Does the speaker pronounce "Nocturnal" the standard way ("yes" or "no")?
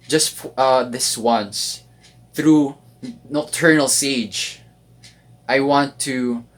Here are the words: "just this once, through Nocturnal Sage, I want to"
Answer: no